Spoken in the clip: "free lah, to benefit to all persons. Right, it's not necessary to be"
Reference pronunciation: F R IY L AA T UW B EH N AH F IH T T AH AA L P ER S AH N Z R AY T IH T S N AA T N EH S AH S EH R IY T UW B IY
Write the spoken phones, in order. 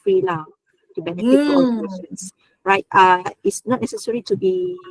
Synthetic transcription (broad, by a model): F R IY L AA T UW B EH N AH F IH T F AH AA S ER AH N S R AY T IH T S N AA T N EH S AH S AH R IY T UW B IY